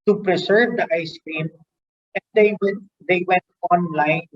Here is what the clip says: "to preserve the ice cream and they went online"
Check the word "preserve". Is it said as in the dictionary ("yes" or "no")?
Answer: no